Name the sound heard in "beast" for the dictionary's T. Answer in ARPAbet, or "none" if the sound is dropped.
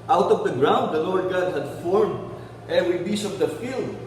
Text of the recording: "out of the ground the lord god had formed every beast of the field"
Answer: none